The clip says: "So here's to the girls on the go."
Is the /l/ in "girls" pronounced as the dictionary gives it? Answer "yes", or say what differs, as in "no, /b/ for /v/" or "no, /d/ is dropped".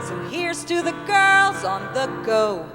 yes